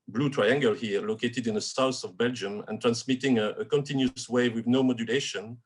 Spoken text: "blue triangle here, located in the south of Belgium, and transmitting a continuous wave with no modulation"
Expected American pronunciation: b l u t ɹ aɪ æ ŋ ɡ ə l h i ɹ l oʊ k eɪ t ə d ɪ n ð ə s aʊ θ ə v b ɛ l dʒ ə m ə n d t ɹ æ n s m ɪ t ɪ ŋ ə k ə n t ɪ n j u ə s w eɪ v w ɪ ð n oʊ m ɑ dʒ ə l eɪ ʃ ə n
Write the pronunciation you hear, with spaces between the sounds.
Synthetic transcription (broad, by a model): b l u t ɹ aɪ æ ŋ ɡ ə l h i l oʊ k eɪ t ə d ɪ n ð ə s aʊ s ə v b ɛ l dʒ ə m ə n t ɹ æ n s m ɪ t ɪ ŋ ə k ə n t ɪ n j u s w eɪ w ɪ ð n oʊ m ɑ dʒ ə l eɪ ʃ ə n